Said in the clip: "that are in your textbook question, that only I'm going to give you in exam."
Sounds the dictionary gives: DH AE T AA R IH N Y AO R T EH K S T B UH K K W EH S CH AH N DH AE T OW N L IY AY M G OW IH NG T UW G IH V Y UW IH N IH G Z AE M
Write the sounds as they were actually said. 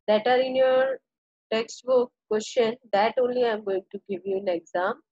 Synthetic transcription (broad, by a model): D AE T AA R IH N Y AO R T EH K S T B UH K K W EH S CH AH N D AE T OW N L IY AY M G OW IH NG T UW G IH V Y UW IH N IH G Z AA M